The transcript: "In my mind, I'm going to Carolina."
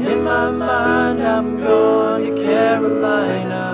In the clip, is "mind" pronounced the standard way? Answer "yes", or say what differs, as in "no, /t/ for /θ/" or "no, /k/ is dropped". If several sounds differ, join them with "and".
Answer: no, /d/ is dropped